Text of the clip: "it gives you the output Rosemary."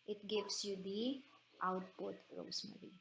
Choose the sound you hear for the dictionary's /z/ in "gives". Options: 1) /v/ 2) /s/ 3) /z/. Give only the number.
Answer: 2